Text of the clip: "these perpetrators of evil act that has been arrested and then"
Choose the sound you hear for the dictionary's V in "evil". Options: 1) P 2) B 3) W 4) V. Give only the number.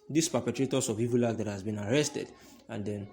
4